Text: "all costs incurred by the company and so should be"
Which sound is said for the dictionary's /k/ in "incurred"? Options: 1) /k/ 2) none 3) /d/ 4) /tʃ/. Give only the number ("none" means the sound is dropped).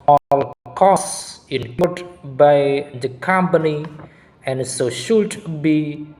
2